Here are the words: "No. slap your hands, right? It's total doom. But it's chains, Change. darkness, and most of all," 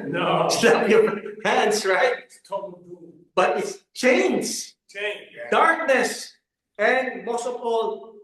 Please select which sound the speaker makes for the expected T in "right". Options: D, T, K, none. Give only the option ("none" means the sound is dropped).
none